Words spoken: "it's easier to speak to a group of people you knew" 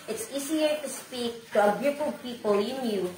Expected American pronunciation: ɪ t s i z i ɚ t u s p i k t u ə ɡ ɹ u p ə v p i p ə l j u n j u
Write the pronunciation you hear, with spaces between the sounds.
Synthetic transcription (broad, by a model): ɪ t s i s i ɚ t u s p i k t u ə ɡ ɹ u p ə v p i p ə l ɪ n j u